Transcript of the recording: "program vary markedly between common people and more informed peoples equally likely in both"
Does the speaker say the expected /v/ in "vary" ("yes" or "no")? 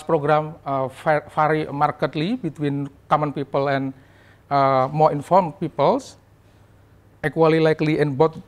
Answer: no